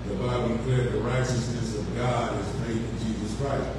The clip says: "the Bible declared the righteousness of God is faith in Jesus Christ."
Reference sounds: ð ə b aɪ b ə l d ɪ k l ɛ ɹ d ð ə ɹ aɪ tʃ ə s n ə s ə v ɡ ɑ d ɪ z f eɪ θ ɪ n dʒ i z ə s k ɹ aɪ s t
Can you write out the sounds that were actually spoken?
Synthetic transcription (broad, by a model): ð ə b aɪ ə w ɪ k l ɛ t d ð ə ɹ aɪ tʃ ə s n ə s ə v ɡ ɑ d ɪ z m eɪ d ɪ n dʒ i z ə s k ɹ aɪ s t